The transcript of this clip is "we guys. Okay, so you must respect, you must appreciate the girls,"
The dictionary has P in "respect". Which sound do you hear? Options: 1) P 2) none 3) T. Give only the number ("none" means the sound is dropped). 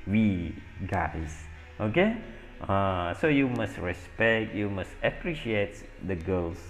1